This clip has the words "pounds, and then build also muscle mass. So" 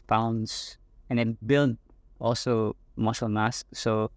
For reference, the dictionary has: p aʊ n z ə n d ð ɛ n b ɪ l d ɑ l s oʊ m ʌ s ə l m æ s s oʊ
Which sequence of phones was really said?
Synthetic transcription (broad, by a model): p aʊ n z ə n d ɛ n b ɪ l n ɑ l s oʊ m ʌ ʃ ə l m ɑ s s oʊ